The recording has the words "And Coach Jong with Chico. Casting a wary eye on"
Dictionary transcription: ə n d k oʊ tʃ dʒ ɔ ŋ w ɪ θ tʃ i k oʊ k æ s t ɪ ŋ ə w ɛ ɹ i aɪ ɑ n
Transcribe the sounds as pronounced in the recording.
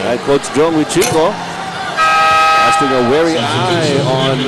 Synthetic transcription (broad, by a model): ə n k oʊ s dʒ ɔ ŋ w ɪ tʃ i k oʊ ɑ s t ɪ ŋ ə w ɛ ɹ i aɪ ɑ n